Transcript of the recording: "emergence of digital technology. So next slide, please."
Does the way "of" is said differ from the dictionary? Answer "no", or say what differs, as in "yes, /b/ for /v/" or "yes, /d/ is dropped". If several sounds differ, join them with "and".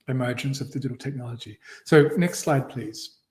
no